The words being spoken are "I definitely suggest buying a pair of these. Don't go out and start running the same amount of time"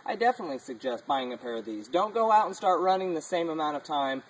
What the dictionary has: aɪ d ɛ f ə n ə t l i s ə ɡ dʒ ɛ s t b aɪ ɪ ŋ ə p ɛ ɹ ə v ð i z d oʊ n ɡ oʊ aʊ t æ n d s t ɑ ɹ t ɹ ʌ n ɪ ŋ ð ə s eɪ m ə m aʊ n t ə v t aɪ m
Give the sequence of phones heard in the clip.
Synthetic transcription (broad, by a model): aɪ d ɛ f ə n ə t l i s ə ɡ dʒ ɛ s t b aɪ ɪ ŋ ə p ɛ ɹ ə v ð i z d oʊ n ɡ oʊ aʊ t n s t ɑ ɹ t ɹ ʌ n ɪ ŋ ð ə s eɪ m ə m aʊ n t ə v t aɪ m